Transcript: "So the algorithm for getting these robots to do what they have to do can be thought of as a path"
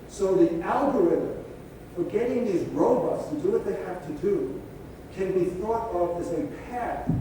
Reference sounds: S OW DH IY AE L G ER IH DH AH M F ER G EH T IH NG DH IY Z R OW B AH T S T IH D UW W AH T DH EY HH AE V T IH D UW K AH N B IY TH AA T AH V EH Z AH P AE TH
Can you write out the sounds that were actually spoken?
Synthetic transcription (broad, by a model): S OW DH IY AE L G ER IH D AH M F ER G EH T IH NG DH IY Z R OW B AH T S T IH D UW W AH T DH EY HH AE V T IH D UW K AH N B IY TH AA T AH V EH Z AH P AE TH